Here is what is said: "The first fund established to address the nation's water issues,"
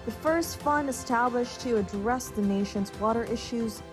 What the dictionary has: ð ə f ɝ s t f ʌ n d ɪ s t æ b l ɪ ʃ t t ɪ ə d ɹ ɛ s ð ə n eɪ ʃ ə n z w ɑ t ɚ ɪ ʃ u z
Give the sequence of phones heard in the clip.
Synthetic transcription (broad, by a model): ð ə f ɝ s t f ʌ n d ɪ s t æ b l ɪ ʃ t t ɪ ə d ɹ ɛ s ð ə n eɪ ʃ ə n z w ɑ t ɚ ɪ ʃ u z